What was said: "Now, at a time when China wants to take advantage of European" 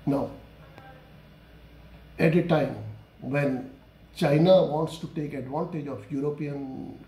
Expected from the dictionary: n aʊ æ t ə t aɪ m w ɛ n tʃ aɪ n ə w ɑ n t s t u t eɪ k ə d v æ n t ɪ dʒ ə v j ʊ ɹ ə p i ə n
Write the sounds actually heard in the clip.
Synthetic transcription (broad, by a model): n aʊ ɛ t ə t aɪ m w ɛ n tʃ aɪ n ə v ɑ n t s t u t eɪ k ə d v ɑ n t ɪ dʒ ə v j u ɹ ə p i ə n